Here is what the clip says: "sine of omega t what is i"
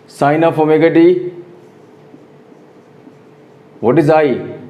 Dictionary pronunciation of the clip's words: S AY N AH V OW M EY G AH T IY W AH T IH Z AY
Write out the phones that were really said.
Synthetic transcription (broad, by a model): S AY N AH P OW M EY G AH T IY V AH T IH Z AY